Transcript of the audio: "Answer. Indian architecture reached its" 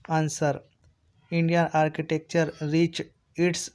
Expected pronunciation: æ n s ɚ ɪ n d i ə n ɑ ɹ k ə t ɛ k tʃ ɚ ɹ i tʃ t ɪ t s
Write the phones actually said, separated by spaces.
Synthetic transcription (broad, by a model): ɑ n s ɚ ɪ n d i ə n ɑ ɹ k ə t ɛ k tʃ ɚ ɹ i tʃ ɪ t s